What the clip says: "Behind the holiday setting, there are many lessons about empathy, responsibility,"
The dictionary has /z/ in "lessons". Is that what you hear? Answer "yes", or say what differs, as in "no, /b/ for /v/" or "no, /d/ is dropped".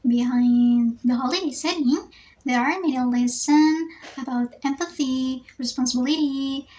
no, /z/ is dropped